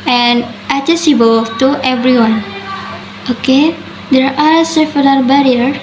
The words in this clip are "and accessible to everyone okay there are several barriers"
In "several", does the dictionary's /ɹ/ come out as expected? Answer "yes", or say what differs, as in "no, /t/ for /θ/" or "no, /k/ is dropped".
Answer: no, /l/ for /ɹ/